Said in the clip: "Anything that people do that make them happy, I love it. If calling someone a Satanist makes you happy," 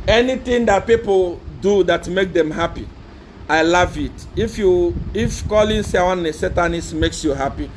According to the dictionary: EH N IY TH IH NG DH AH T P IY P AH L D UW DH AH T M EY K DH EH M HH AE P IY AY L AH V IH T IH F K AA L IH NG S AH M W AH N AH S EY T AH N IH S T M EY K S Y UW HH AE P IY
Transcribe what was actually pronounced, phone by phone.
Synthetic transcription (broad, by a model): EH N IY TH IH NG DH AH T P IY P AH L D UW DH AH T M EY K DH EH M HH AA P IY AY L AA V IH T IH F K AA L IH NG S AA W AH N AH S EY T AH N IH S M EY K S Y UW HH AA P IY